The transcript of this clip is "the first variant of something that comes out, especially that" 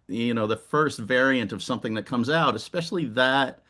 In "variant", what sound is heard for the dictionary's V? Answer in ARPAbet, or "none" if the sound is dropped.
V